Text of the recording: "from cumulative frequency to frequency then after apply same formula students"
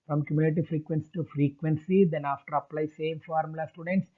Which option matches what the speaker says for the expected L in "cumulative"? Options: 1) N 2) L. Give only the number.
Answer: 1